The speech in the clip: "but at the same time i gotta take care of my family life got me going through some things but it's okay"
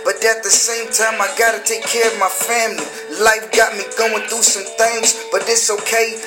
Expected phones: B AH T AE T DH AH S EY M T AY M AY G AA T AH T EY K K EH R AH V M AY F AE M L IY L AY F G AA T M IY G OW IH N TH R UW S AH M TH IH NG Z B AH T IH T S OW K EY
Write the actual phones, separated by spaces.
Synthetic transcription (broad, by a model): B AH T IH T DH AH S EY M T AY M AY G AA T AH T EY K K EH R AH V M AY F AE M L IY L AY F G AA T M IY G OW IH N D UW S AH M TH IH NG Z B AH T IH T S OW K EY